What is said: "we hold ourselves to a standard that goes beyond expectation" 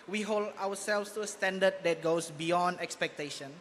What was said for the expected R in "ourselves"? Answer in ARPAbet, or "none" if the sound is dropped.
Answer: W